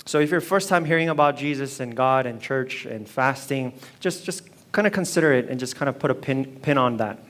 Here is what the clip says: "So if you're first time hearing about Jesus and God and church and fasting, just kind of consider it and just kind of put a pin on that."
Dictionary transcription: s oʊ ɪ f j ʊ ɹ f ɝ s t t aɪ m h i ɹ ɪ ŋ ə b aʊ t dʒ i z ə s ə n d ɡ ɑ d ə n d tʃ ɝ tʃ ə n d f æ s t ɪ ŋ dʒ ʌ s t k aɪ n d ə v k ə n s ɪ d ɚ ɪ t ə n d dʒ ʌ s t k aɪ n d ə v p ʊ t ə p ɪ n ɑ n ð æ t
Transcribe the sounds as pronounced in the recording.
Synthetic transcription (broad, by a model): s oʊ ɪ f j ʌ ɹ f ɝ s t t aɪ m h i ɹ ɪ ŋ ə b aʊ t dʒ i z ə s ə n ɡ ɑ d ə n tʃ ɝ tʃ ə n f æ s t ɪ ŋ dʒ ʌ s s k aɪ n d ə k ə n s ɪ d ɚ ɪ t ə n dʒ ʌ s k aɪ n d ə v p ʊ t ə p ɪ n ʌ n ð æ t